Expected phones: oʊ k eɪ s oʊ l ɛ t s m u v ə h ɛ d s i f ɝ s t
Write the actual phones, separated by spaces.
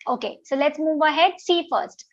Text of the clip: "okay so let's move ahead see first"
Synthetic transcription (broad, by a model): oʊ k eɪ s oʊ l ɛ t s m u v ə h ɛ d s i f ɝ s t